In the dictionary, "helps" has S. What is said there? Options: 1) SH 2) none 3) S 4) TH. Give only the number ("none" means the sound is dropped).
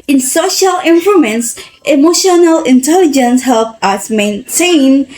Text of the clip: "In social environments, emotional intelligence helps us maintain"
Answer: 2